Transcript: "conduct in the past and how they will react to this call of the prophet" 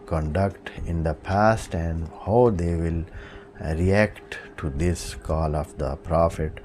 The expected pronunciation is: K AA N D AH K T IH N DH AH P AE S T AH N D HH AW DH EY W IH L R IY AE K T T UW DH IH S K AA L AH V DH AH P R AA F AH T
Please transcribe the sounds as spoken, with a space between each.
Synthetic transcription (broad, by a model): K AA N D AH K T IH N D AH P AE S T AH N D HH AW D EY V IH L R IY AE K T T UW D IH S K AA L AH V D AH P R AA F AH T